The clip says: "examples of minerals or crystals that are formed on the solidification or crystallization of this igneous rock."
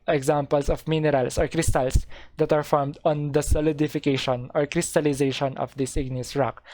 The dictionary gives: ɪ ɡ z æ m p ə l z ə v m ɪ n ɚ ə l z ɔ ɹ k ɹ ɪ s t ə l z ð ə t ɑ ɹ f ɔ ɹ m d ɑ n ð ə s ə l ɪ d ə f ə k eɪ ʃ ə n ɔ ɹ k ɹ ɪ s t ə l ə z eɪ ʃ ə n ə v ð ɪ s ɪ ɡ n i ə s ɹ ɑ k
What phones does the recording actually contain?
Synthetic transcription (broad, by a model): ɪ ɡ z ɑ m p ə l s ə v m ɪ n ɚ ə l s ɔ ɹ k ɹ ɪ s t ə l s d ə t ɑ ɹ f ɔ ɹ m d ɑ n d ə s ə l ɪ d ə f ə k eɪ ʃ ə n ɔ ɹ k ɹ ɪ s t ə l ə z eɪ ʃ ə n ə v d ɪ s ɪ ɡ n i ə s ɹ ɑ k